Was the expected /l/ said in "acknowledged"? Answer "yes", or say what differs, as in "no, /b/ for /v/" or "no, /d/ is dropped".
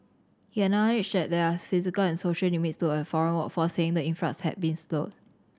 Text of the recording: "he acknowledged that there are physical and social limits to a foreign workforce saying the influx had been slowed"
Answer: no, /n/ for /l/